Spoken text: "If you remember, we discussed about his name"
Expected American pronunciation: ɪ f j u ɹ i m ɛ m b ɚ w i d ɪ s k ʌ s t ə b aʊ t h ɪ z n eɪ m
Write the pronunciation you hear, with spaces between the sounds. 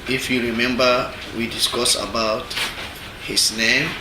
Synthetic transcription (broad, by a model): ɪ f j u ɹ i m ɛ m b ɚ w i d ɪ s k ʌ s ə b aʊ t h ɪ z n eɪ m